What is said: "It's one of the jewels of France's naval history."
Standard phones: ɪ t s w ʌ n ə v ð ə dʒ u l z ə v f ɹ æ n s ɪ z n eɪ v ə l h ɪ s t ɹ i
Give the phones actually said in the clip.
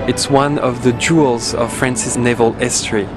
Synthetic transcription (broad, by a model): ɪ t s w ʌ n ə v ð ə dʒ u l z ə v f ɹ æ n s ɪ s n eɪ v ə l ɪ s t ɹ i